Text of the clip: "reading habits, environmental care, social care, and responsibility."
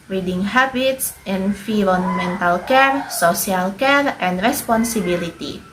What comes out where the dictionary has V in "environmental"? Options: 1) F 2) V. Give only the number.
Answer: 1